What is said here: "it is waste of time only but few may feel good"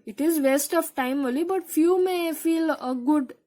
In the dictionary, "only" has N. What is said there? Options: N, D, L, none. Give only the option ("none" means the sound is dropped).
none